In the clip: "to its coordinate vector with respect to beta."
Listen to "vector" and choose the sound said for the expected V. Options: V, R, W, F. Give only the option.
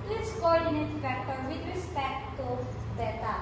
F